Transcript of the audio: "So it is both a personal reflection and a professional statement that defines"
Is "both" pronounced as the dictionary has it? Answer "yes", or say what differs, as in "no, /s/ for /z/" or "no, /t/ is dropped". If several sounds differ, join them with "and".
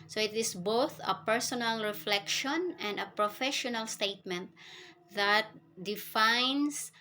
yes